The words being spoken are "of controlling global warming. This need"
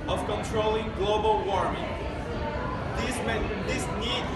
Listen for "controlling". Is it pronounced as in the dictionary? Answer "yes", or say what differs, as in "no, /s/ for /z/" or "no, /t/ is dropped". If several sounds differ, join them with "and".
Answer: yes